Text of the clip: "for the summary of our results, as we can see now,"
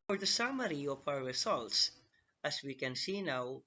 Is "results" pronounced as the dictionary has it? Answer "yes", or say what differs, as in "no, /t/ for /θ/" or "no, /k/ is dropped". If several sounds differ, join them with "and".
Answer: yes